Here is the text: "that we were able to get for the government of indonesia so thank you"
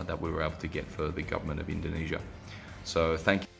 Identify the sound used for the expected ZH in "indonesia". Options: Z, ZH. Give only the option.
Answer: ZH